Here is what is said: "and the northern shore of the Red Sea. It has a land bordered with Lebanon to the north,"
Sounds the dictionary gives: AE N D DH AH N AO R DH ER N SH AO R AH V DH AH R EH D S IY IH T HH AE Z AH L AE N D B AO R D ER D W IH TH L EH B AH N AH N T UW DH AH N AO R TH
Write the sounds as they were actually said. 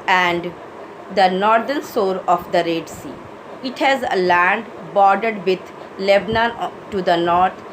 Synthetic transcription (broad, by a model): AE N D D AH N AO R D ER N S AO R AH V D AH R EH D S IY IH T HH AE Z AH L AE N D B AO R D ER D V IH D L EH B N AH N T UW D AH N AO R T